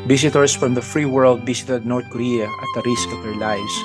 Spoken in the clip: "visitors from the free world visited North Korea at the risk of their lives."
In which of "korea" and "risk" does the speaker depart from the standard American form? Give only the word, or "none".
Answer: none